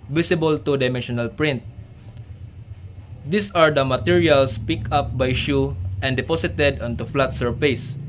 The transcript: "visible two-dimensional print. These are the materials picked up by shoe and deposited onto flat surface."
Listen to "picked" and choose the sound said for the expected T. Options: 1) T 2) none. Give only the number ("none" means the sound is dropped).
2